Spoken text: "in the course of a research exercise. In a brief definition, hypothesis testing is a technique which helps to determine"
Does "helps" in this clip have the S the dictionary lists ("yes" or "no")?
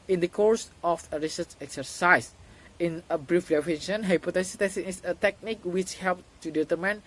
no